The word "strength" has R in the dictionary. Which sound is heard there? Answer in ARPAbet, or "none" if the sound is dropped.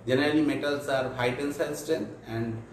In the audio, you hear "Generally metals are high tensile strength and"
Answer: none